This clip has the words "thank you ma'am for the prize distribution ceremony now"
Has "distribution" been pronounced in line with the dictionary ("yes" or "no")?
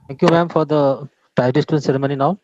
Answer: no